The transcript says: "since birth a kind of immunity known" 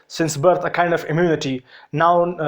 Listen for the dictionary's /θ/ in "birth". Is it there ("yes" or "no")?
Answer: no